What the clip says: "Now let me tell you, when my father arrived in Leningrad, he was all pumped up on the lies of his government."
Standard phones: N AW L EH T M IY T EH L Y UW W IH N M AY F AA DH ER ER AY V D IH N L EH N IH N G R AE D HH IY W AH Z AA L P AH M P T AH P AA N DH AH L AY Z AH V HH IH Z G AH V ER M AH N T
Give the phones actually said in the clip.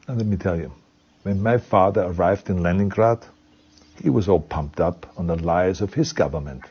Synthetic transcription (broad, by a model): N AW L EH T M IY T EH L Y UW W IH N M AY F AA DH ER ER AY V D IH N L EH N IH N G R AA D HH IY W AH Z AA L P AH M P T AH P N DH AH L AY Z AH V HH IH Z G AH V ER M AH N T